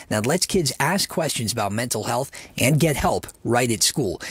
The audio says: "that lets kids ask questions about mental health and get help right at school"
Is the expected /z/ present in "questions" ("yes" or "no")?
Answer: yes